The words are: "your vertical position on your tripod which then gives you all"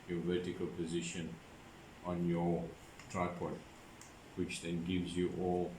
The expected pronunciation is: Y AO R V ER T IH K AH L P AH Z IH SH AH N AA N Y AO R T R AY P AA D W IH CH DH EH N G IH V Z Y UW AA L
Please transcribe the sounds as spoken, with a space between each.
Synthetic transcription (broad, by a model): Y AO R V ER T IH K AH L P AH Z IH SH AH N AA N Y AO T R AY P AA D W IH CH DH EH N G IH V Z Y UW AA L